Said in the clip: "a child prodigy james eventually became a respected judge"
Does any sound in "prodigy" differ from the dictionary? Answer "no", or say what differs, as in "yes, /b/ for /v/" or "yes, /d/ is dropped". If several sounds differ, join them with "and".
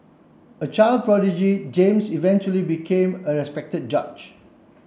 no